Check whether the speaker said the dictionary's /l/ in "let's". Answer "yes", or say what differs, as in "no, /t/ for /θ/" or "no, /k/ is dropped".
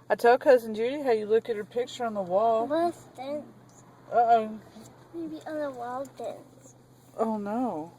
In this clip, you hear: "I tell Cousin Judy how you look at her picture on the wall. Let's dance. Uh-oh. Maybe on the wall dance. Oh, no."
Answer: no, /w/ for /l/